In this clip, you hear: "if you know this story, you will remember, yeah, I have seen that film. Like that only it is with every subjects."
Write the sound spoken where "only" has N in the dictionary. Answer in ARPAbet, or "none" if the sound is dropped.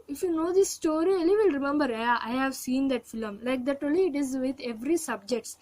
none